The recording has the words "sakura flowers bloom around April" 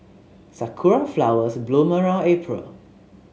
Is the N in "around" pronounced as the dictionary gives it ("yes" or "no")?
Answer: no